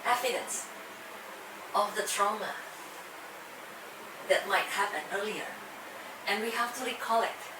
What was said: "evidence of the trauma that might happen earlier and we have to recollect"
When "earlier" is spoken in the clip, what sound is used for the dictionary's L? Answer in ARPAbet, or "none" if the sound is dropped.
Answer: L